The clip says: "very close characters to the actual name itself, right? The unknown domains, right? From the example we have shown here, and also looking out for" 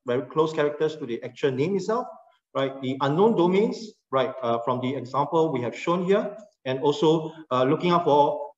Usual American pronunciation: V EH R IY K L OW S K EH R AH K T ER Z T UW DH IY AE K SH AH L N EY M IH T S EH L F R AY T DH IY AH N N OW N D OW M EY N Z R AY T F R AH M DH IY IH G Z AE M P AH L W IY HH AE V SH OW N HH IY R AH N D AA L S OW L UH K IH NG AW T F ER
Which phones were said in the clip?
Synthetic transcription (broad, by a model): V EH R IY K L OW S K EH R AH K T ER S T UW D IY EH K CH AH N EY M IH T S EH L F R AY T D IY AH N N OW N D OW M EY N S R AY T F R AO M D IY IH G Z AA M P AH L W IY HH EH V SH OW N HH IY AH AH N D AA L S OW L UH K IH NG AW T F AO